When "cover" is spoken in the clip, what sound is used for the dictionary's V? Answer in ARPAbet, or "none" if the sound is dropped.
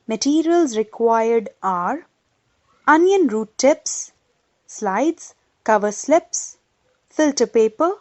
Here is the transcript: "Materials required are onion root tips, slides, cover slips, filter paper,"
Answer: V